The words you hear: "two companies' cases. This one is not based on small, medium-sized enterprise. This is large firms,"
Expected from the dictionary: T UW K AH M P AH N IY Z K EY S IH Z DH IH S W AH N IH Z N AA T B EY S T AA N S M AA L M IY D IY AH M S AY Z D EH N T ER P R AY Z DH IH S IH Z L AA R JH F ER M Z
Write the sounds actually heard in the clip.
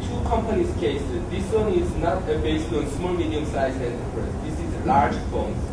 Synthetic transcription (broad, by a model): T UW K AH M P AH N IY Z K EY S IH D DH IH S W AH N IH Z N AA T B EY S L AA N S M AA L M IY D IY AH M S AY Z EH N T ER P R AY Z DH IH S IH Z L AA R JH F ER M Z